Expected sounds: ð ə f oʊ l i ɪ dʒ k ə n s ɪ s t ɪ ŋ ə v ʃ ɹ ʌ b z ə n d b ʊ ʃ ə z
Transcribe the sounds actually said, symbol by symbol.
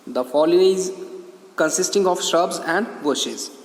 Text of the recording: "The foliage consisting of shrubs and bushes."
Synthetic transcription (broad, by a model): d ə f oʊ l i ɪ z k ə n s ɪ s t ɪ ŋ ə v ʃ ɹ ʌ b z ə n d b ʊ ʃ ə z